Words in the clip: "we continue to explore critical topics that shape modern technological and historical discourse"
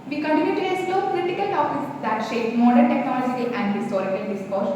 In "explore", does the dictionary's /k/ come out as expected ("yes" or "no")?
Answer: no